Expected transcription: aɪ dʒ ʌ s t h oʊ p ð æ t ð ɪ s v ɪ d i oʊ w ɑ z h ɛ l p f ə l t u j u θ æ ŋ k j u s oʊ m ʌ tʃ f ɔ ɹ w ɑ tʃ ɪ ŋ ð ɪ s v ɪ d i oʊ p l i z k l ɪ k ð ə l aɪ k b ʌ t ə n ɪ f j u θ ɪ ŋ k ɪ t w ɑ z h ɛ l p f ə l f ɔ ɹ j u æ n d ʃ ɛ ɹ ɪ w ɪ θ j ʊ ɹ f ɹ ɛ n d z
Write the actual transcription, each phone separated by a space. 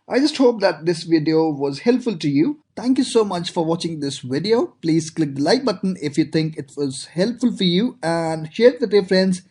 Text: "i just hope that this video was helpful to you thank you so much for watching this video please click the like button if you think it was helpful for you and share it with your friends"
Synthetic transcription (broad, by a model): aɪ dʒ ʌ s t h oʊ p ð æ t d ɪ s v ɪ d i oʊ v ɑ z h ɛ l p f ə l t u j u t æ ŋ k j u s oʊ m ʌ tʃ f ɔ ɹ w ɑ tʃ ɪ ŋ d ɪ s v ɪ d i oʊ p l i z k l ɪ k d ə l aɪ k b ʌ t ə n ɪ f j u t ɪ ŋ k ɪ t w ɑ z h ɛ l p f ə l f ɔ ɹ j u æ n d ʃ ɛ ɹ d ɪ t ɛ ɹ f ɹ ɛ n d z